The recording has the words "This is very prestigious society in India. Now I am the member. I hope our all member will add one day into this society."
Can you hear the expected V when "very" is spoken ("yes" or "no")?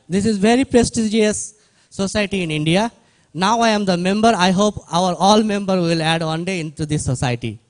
yes